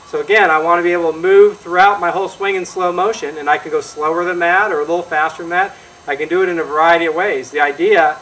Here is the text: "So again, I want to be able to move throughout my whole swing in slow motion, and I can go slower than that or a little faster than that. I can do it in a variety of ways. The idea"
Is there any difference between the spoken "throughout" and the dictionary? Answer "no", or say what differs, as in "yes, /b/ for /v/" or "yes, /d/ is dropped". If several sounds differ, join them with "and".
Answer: no